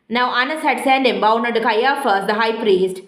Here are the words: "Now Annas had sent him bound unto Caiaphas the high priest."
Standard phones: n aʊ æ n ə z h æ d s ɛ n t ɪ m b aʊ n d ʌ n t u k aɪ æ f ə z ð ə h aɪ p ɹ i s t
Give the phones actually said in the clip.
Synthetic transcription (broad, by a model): n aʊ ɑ n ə s h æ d s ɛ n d ɪ m b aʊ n ʌ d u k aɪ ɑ f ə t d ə h aɪ p ɹ i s t